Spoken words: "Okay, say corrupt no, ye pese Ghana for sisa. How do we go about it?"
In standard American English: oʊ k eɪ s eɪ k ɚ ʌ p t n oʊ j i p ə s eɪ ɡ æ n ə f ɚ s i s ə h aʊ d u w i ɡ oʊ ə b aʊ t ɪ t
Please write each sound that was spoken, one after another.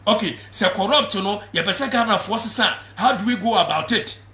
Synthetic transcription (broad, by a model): oʊ k eɪ s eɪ k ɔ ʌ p t n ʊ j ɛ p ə s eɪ ɡ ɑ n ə f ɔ s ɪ s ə h aʊ d u w i ɡ oʊ ə b aʊ t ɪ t